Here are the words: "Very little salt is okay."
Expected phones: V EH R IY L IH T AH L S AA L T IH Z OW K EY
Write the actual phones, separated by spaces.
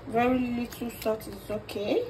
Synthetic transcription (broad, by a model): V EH R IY L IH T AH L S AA T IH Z OW K EY